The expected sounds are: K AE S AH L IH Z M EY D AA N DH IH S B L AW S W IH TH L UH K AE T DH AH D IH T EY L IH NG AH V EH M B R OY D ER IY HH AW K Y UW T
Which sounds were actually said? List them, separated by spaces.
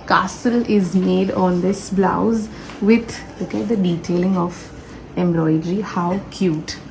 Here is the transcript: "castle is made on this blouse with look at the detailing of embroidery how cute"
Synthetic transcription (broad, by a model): K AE S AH L IH Z M EY D AA N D IH S B L AW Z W IH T L UH K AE T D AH D IH T EY L IH NG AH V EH M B L OY D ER IY HH AW K Y UW T